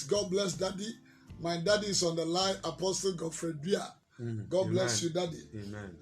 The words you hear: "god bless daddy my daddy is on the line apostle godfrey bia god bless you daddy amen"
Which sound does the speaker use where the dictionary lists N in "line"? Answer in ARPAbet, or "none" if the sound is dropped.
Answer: none